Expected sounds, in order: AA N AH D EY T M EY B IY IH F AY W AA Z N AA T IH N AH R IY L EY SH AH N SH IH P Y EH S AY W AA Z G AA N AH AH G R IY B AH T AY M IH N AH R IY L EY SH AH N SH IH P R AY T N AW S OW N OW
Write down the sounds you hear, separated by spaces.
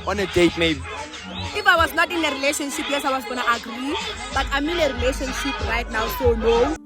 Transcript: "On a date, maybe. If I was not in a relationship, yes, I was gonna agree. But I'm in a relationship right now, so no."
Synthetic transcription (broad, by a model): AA N AH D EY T M EY B IY IH F AY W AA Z N AA T IH N AH R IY L EY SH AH N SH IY P Y EH S AY W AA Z G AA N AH AH G R IY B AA T AY M IH N AH R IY L EY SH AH N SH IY P R AY T N AW S OW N OW